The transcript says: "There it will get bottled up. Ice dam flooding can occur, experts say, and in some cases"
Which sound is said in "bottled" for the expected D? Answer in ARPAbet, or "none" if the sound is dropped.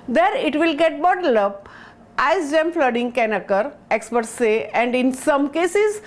none